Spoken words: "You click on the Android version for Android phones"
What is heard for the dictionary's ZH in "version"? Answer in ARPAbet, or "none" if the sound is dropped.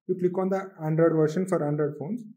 SH